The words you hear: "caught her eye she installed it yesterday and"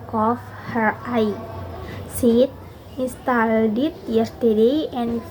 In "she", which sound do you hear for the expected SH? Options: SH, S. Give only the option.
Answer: S